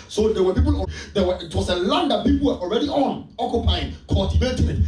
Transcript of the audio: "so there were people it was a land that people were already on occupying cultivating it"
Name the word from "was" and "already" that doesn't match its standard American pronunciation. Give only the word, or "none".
was